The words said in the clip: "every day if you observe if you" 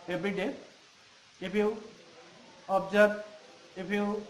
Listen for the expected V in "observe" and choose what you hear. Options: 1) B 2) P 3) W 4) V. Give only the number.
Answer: 1